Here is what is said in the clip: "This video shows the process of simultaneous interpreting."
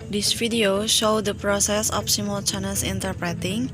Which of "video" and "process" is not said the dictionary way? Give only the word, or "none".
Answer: video